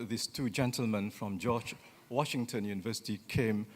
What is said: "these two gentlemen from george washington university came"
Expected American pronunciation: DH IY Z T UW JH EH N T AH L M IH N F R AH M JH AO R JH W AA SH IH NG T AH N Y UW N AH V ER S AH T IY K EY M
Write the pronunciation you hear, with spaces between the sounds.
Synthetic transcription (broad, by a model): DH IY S T UW JH EH N T AH L M IH N F R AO M JH AO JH W AA SH IH NG T AH N Y UW N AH V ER S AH T IY K EY M